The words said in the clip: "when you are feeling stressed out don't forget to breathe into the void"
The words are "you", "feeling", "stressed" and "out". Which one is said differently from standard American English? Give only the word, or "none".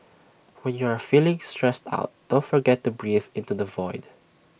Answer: none